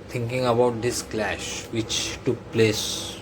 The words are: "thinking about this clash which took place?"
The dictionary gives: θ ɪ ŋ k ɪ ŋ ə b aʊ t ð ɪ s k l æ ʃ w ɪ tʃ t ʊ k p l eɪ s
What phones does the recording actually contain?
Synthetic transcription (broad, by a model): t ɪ ŋ k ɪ ŋ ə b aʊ t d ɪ s k l æ ʃ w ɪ tʃ t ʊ k p l eɪ s